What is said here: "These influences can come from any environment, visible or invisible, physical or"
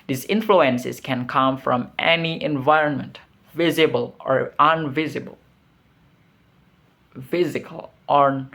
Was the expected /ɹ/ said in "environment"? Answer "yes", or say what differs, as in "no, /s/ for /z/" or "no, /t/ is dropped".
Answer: yes